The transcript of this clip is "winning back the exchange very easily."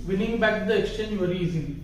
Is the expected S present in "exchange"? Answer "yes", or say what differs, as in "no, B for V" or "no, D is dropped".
yes